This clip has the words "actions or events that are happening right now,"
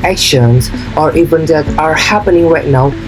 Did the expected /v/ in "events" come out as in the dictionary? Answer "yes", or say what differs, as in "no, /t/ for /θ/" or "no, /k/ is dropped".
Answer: no, /b/ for /v/